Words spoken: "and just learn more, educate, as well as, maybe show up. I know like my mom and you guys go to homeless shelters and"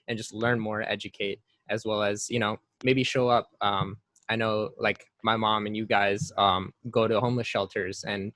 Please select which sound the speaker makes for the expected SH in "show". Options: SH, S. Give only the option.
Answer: SH